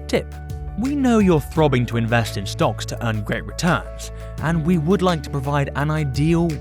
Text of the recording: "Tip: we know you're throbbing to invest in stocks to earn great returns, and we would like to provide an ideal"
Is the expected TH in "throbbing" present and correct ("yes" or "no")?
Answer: yes